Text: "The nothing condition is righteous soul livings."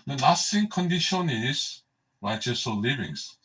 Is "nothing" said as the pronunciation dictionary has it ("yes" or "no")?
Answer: no